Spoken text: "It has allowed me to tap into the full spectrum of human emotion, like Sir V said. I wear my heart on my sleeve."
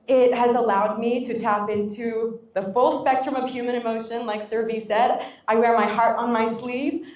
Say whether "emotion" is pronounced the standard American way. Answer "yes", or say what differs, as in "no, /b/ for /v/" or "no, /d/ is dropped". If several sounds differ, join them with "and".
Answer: yes